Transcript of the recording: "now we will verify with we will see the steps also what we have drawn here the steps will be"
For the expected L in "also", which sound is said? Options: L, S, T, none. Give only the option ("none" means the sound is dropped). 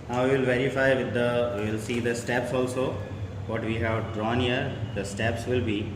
L